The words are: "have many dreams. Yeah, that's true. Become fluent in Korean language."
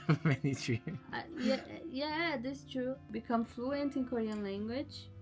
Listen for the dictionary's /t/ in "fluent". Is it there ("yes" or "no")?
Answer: yes